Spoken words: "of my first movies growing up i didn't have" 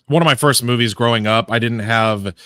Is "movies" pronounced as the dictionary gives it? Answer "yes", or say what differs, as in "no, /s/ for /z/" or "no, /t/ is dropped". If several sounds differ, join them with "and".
yes